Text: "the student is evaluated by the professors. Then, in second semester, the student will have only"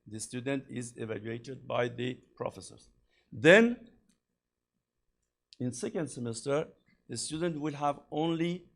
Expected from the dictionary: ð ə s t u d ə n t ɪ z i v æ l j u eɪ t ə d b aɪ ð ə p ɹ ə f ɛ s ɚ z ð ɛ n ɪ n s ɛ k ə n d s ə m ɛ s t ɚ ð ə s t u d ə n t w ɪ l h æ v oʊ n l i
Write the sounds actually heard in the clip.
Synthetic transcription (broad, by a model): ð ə s t u d ə n t ɪ z i v æ l j u eɪ t ə d b aɪ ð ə p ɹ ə f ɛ s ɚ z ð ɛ n ɪ n s ɛ k ə n d s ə m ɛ s t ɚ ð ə s t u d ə n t w ɪ l h æ v oʊ n l i